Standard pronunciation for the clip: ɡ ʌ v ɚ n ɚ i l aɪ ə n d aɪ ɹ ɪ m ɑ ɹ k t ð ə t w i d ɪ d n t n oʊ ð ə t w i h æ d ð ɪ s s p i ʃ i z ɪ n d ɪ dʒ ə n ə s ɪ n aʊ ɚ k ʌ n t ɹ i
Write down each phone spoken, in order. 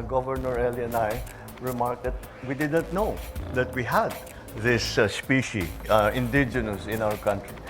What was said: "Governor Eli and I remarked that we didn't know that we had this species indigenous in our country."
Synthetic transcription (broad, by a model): ɡ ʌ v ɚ n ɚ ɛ l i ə n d aɪ ɹ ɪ m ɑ ɹ k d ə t w i d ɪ d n t n oʊ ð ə t w i h æ d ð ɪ s s p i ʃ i ɪ n d ɪ dʒ ə n ə s ɪ n aʊ ɚ k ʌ n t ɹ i